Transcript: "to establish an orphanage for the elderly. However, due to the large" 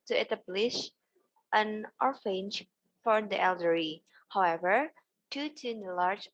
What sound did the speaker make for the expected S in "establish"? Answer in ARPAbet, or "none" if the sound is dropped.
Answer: none